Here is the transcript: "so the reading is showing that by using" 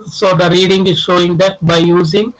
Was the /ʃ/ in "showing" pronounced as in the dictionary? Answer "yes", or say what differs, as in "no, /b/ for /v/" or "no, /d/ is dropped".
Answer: yes